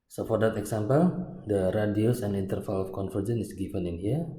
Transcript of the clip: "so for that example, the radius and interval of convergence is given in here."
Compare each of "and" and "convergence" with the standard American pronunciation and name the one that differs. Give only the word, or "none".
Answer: convergence